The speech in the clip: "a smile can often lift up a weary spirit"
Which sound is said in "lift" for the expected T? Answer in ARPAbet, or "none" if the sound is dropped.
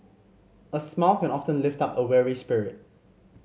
T